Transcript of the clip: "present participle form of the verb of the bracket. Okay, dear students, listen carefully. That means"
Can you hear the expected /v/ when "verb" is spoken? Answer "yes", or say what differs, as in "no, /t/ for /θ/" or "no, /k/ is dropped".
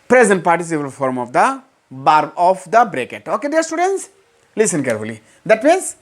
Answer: no, /b/ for /v/